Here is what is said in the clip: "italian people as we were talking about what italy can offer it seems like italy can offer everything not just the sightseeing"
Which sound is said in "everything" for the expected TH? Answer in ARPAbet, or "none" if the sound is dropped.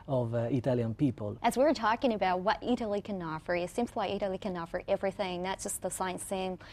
TH